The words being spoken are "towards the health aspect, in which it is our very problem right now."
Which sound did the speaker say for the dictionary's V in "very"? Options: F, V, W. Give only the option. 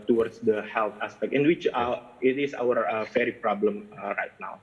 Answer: F